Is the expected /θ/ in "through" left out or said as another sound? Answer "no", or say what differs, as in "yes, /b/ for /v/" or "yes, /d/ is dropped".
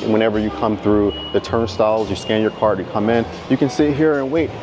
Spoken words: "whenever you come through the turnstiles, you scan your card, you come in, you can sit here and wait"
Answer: no